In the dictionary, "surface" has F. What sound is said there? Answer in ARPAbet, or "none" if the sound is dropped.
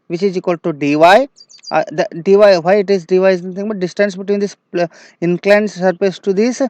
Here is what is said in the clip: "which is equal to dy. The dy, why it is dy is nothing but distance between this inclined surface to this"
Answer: P